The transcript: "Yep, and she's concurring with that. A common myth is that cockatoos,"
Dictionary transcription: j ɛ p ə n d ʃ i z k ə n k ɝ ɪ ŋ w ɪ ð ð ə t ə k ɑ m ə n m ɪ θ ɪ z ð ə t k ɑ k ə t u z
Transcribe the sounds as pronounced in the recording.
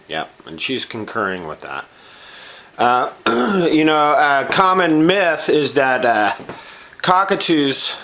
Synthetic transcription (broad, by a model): j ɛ p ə n ʃ i z k ə n k ɝ ɪ ŋ w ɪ ð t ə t ə k ɑ m ə n m ɪ θ ɪ z ð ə t k ɑ k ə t u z